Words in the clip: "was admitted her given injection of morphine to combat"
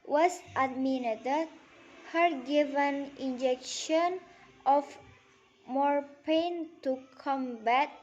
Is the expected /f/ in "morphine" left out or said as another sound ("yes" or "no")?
yes